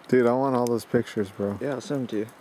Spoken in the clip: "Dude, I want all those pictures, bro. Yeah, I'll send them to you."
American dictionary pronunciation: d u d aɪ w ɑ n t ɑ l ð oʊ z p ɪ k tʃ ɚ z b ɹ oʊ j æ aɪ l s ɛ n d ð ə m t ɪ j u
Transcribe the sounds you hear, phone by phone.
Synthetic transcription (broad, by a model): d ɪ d aɪ w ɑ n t ɑ l ð oʊ z p ɪ k tʃ ɚ z b ɹ oʊ j æ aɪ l s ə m t ɪ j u